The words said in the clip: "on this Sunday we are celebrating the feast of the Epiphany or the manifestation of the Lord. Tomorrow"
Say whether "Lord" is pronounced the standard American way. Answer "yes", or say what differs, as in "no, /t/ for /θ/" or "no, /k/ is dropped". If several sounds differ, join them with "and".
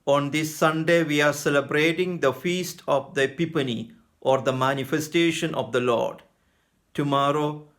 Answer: yes